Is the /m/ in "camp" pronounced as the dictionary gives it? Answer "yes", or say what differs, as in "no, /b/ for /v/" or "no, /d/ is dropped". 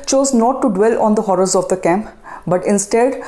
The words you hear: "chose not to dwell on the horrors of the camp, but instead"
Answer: yes